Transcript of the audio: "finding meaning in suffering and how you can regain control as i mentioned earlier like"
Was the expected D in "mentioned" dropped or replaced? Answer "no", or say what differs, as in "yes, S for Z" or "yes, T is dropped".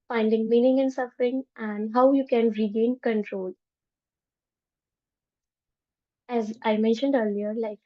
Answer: no